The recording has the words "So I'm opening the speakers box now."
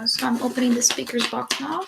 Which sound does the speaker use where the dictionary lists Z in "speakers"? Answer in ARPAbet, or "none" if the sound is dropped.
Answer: Z